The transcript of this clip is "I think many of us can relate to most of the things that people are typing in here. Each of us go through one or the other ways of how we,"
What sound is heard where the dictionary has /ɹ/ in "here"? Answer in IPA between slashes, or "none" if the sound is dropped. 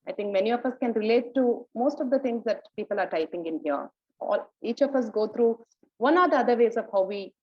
/l/